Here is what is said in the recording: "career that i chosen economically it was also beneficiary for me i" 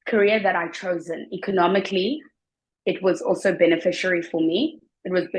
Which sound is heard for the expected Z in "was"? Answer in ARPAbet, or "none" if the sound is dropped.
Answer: Z